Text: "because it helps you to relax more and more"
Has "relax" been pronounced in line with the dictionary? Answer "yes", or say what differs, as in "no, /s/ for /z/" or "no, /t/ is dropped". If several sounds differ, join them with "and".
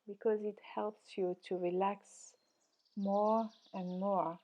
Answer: yes